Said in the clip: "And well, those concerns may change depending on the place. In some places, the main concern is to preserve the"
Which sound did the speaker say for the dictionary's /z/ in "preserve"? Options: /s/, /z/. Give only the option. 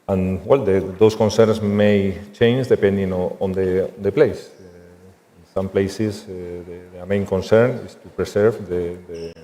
/s/